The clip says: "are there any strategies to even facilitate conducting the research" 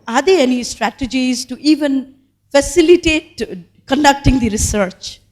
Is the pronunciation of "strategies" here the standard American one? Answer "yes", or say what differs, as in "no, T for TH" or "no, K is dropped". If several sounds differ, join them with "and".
yes